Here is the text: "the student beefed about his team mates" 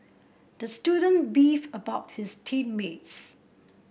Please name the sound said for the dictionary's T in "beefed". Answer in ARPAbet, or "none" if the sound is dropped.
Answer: none